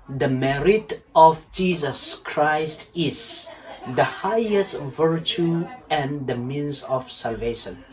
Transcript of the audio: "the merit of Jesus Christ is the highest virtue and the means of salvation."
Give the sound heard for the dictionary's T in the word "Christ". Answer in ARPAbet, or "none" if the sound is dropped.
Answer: T